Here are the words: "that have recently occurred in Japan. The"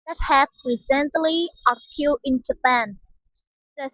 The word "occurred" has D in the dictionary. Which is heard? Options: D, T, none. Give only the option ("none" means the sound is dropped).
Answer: none